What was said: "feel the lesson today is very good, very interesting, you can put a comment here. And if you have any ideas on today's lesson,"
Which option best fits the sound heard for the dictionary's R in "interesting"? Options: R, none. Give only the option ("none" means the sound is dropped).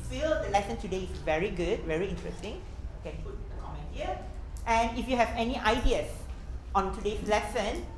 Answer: R